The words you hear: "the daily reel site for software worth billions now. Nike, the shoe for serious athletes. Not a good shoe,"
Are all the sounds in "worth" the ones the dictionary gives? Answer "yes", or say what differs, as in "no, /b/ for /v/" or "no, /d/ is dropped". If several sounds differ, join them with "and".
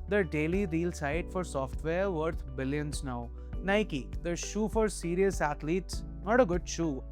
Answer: no, /t/ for /θ/